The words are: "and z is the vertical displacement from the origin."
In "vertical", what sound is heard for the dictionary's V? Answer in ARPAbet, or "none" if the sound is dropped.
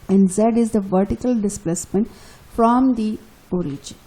V